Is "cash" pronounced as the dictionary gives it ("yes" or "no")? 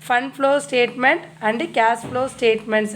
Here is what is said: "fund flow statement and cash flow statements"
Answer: no